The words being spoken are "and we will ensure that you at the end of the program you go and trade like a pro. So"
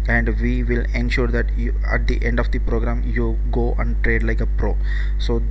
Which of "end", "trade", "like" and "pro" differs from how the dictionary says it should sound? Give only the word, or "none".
none